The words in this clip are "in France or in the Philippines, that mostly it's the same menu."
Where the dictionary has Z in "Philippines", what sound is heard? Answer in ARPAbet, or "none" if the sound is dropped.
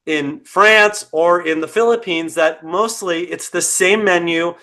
Z